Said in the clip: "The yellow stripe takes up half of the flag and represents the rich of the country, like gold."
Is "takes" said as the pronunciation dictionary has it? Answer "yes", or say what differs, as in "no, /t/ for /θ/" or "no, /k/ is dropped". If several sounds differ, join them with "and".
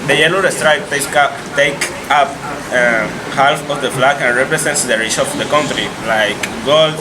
no, /s/ is dropped